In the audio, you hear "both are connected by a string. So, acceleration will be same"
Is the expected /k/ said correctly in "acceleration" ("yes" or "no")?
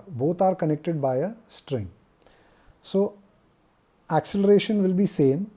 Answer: yes